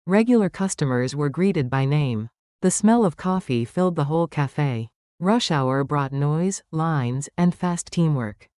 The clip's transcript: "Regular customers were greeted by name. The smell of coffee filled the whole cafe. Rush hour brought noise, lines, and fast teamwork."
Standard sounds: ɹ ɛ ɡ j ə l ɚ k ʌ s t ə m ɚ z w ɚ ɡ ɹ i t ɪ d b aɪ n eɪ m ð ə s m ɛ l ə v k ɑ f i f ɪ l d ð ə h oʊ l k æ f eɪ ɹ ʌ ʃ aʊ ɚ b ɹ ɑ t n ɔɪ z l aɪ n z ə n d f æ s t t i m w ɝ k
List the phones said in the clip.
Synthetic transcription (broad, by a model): ɹ ɛ ɡ j l ɚ k ʌ s t ə m ɚ z w ɚ ɡ ɹ i t ɪ d b aɪ n eɪ m ð ə s m ɛ l ə v k ɑ f i f ɪ l d ð ə h oʊ l k æ f eɪ ɹ ʌ ʃ aʊ ɚ b ɹ ɑ t n ɔɪ z l aɪ n z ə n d f æ s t t i m w ɝ k